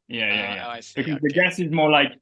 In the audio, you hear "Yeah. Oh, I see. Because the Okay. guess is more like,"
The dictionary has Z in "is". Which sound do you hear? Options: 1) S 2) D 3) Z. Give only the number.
3